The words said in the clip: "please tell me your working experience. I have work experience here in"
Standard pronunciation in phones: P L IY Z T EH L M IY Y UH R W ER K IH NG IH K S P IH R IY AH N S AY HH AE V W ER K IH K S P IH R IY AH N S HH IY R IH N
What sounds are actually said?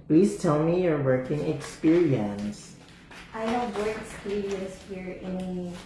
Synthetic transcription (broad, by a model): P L IY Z T EH L M IY Y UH R W ER K IH NG IH K S P IH R IY AH N S AY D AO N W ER IH K S P IH R IY AH N S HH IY R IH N